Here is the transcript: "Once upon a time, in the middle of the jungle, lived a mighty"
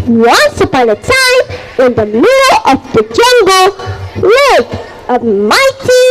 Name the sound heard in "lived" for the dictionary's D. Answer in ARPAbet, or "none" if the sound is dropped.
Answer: none